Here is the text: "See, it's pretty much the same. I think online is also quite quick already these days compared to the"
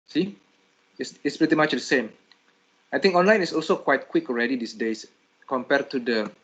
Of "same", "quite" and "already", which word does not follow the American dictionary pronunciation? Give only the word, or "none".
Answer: none